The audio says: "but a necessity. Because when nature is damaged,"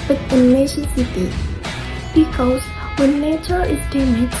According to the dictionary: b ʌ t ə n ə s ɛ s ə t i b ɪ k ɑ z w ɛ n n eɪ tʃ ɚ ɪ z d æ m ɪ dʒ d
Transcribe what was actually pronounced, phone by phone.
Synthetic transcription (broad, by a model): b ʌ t ə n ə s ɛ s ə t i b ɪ k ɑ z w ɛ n n eɪ tʃ ɚ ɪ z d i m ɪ